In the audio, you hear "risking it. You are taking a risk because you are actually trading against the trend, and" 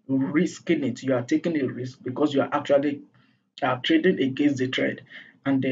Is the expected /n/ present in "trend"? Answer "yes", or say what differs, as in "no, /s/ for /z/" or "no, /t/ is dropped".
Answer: no, /n/ is dropped